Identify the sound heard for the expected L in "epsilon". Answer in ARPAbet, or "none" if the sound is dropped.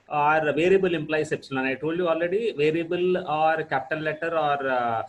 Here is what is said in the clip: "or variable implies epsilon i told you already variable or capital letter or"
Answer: N